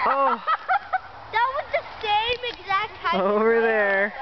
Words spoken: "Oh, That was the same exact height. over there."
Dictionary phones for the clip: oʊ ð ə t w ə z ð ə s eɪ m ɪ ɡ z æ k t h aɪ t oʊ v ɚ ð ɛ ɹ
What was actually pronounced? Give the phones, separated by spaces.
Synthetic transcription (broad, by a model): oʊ ð ə t w ə z ð ə s eɪ m ɪ ɡ z æ k t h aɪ oʊ v ɚ ð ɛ ɹ